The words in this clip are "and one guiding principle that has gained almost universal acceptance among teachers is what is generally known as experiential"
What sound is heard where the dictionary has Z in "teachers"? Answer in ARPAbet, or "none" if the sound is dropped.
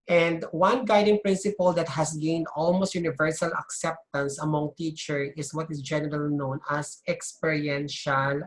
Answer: none